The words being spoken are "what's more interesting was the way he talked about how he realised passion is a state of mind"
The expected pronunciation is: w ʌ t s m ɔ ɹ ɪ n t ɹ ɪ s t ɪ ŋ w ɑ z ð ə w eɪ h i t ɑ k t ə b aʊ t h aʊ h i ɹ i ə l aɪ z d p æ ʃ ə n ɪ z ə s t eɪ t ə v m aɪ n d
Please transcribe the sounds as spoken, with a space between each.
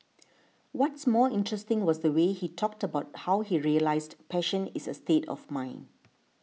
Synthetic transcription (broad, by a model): w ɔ t s m ɔ ɪ n t ɹ ɪ s t ɪ ŋ w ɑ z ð ə w eɪ h i t ɑ k t ə b aʊ t h aʊ h i ɹ i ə l aɪ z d p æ ʃ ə n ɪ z ə s t eɪ t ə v m aɪ n